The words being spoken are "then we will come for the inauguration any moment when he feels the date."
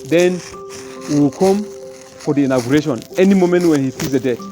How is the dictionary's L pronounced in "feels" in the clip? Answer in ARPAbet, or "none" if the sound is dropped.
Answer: none